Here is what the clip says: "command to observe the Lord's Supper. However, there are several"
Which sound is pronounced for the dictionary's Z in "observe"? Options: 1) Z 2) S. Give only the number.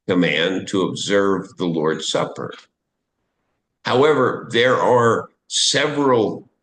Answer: 1